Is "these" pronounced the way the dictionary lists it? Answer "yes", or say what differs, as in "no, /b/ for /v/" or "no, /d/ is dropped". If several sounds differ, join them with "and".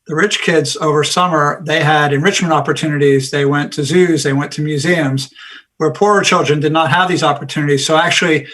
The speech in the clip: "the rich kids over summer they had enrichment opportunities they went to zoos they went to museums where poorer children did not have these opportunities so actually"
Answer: yes